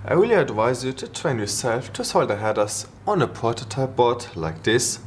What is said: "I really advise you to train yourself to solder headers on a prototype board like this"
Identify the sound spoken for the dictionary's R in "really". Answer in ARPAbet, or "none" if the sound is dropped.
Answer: W